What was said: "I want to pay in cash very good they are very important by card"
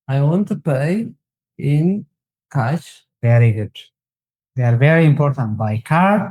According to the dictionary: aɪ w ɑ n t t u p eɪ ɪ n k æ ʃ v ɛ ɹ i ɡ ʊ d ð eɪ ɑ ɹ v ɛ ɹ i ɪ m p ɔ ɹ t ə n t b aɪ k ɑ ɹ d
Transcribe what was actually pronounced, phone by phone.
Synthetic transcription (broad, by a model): aɪ w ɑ n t t u p eɪ ɪ n k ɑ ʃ v ɛ ɹ i ɡ ʊ d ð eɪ ɑ ɹ v ɛ ɹ i ɪ m p ɔ ɹ t ə n t b aɪ k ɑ ɹ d